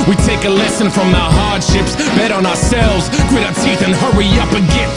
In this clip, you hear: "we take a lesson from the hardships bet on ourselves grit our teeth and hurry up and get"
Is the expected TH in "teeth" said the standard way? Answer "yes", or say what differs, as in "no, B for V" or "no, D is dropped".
yes